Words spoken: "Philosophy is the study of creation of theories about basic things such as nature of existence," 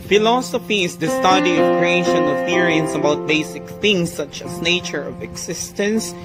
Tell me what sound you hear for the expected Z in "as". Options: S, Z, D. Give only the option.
S